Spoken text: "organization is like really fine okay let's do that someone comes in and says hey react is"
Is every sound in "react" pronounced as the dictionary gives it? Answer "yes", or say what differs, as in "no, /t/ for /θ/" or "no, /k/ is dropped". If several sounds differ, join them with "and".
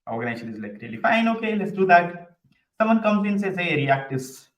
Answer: yes